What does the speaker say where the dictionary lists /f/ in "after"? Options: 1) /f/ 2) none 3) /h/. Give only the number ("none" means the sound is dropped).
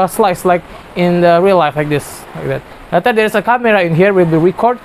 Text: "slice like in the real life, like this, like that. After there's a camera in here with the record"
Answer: 2